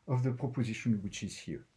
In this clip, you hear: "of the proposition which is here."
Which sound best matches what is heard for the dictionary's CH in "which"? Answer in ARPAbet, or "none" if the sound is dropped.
CH